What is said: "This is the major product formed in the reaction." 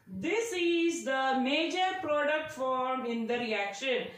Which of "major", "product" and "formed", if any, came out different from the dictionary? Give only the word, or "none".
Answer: formed